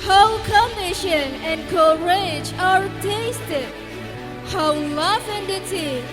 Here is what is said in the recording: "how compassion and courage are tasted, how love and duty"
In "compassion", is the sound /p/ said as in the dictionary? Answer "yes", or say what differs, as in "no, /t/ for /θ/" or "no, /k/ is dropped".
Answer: no, /p/ is dropped